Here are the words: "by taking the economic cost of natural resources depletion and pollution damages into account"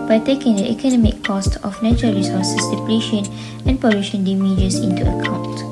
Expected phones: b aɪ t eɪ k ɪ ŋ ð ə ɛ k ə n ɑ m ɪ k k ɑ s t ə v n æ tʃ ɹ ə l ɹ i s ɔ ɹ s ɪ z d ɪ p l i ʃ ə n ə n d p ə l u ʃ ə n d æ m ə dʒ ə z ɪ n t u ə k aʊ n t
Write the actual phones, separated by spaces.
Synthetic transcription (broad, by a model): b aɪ t eɪ k ɪ ŋ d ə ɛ k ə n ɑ m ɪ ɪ k ɑ s t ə f n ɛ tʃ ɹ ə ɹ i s ɔ s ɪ s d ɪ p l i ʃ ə n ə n p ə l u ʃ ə n d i m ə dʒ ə s ɪ n t u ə k aʊ n t